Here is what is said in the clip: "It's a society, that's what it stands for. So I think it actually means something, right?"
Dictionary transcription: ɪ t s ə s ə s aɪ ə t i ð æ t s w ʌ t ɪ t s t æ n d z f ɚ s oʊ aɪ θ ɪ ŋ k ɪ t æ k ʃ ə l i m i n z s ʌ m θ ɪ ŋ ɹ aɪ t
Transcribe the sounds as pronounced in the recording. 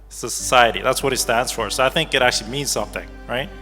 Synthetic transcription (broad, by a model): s ə s ə s aɪ ə t i ð æ t s w ʌ t ɪ t s t æ n d z f ɚ s oʊ aɪ θ ɪ ŋ k ɪ t æ k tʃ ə l i m i n z s ʌ m θ ɪ ŋ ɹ aɪ t